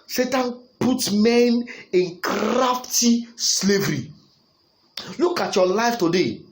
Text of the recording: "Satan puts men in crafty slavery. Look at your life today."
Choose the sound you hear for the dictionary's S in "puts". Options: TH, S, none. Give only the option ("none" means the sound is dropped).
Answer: none